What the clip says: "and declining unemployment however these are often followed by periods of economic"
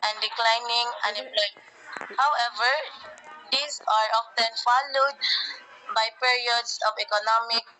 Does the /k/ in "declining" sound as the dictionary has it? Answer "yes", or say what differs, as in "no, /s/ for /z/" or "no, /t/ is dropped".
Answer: yes